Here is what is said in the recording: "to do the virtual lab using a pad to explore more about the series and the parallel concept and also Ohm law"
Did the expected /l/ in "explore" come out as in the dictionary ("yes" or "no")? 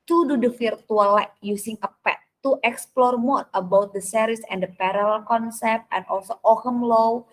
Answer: yes